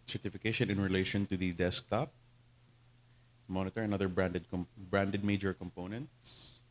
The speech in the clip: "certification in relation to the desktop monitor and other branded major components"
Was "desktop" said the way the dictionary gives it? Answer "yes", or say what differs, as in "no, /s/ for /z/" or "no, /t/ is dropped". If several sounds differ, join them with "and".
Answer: yes